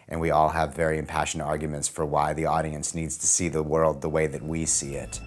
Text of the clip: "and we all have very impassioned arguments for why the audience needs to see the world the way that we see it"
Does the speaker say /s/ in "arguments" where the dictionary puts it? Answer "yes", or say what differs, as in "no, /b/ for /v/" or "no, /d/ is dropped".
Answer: yes